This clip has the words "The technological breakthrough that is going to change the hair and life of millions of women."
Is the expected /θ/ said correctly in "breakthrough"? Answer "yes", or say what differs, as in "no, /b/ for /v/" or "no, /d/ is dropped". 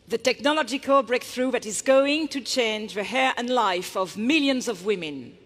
yes